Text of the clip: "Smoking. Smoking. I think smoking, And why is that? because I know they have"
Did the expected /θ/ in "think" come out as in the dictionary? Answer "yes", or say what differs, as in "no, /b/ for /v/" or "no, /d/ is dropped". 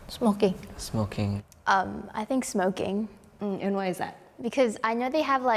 yes